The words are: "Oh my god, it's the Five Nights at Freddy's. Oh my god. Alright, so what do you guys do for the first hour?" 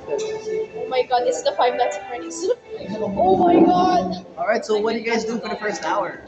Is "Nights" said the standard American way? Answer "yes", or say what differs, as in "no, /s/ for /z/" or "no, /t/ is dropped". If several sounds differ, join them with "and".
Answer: no, /l/ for /n/